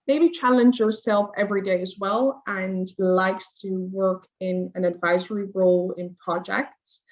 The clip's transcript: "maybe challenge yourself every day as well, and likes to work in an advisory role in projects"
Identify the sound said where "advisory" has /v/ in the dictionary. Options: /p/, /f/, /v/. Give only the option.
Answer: /v/